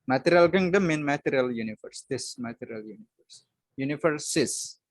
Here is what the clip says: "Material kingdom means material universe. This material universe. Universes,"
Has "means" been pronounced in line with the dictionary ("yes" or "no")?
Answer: no